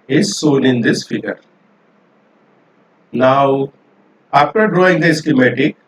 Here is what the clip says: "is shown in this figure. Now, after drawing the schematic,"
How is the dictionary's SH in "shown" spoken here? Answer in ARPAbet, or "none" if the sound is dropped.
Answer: S